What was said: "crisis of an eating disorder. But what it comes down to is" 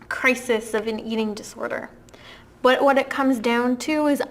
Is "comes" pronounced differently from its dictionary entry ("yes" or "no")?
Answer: no